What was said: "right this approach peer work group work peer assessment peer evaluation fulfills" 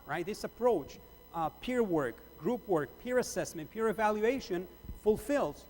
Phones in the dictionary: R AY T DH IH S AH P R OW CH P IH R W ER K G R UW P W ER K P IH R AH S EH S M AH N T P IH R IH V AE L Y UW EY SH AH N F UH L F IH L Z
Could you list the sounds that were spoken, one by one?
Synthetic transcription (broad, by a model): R AY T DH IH S AH P R OW CH P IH R W ER K G R UW P W ER K P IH R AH S EH S M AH N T P IH R IH V AE L Y UW EY SH AH N F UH L F IH L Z